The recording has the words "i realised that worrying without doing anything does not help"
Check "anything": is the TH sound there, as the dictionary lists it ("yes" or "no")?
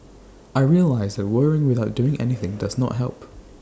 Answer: yes